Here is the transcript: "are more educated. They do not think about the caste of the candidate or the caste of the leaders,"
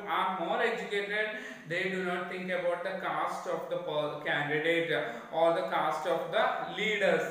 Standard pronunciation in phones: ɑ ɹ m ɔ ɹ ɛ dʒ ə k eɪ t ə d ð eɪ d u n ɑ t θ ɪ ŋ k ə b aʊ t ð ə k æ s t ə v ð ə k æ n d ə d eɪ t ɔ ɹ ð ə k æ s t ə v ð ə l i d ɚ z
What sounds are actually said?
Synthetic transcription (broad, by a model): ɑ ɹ m ɔ ɹ ɛ dʒ ə k eɪ t ə d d eɪ d u n ɑ t t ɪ ŋ k ə b aʊ t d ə k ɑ s t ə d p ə k æ n d ə d eɪ t ɔ ɹ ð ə k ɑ s t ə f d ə l i d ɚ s